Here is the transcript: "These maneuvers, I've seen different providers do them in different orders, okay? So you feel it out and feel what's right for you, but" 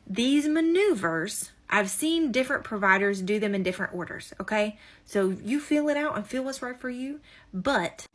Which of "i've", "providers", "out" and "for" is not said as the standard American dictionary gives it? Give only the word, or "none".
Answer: none